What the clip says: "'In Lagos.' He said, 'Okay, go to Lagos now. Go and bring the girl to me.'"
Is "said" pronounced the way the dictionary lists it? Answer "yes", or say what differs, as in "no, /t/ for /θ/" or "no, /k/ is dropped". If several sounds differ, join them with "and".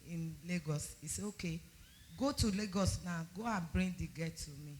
no, /d/ is dropped